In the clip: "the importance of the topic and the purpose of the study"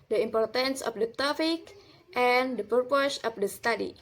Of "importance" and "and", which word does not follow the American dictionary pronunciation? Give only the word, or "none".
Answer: none